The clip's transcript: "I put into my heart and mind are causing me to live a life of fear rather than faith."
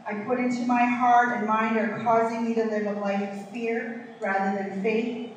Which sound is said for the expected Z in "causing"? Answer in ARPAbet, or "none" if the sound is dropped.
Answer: Z